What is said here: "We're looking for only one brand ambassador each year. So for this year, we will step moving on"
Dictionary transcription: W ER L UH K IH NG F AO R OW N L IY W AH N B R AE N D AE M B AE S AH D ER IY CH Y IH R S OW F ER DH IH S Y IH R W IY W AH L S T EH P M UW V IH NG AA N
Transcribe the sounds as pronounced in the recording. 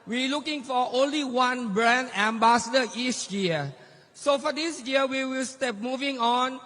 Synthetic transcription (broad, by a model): W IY L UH K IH NG F AO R OW N L IY W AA N B R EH N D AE M B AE S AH D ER IY S Y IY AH S OW F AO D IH S Y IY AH W IY W AH L S T EH P M UW V IH NG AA N